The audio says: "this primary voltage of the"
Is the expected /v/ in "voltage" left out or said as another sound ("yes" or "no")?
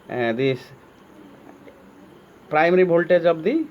yes